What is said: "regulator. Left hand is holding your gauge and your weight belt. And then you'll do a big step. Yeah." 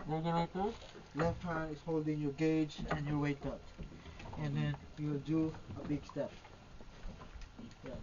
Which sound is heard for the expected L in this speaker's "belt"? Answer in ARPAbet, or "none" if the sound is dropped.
none